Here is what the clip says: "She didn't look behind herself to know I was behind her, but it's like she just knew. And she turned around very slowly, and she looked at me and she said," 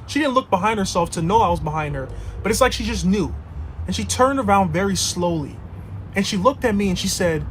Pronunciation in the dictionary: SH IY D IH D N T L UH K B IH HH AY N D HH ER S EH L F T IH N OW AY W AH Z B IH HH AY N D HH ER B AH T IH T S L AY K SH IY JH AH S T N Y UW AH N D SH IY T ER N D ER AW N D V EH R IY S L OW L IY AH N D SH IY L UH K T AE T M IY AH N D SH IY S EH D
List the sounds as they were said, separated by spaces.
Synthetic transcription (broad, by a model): SH IY D IH D N T L UH K B IH HH AY N D HH ER S EH L F T IH N OW AY W AH Z B IH HH AY N D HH ER B AH T IH T S L AY K SH IY JH AH S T N Y UW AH N SH IY T ER N D ER AW N D V EH R IY S L OW L IY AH N SH IY L UH K T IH T M IY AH N SH IY S EH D